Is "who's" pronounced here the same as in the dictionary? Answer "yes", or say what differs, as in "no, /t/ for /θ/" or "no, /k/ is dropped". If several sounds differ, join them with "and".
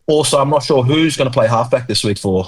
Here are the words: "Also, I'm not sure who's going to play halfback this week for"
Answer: yes